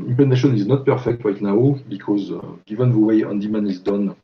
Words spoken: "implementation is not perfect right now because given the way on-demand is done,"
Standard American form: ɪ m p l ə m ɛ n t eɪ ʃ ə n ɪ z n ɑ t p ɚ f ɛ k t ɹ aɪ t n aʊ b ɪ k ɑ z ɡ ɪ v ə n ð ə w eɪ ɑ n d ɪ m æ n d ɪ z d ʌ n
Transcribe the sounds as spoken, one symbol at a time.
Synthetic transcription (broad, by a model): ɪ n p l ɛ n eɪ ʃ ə n ɪ z n ɑ t p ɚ f ɛ k t l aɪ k n aʊ b ɪ k ɑ z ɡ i v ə n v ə w eɪ ɑ n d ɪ m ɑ n ɪ z d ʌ n